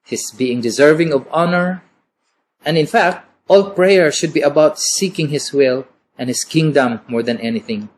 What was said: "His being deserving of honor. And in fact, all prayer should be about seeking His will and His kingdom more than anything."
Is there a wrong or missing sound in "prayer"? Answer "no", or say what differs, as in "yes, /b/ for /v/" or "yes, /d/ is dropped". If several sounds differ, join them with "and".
no